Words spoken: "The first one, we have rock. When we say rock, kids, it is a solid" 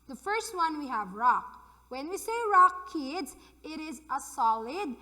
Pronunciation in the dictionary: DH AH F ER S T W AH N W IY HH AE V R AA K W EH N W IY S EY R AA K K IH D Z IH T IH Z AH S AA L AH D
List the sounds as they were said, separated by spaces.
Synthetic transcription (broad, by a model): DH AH F ER S T W AH N W IY HH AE V R AA K W EH N W IY S EY R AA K K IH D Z IH T IH Z AH S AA L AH D